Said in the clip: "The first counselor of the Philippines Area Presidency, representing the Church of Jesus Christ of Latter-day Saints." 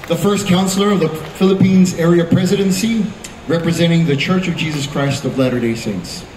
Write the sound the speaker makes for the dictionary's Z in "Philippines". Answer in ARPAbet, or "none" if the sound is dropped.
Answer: Z